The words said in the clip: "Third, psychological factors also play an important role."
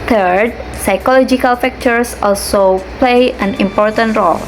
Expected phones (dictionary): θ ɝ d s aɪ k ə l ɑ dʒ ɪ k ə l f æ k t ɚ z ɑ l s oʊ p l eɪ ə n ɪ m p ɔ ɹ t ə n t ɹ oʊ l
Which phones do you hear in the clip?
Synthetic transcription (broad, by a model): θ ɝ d s aɪ k ə l ɑ dʒ ɪ k ə l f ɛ k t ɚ s ɑ l s oʊ p l eɪ ə n ɪ m p ɔ ɹ t ə n t ɹ oʊ l